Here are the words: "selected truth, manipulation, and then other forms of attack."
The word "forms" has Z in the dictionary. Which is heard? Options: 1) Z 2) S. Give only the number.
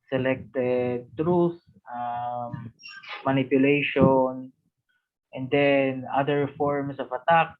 2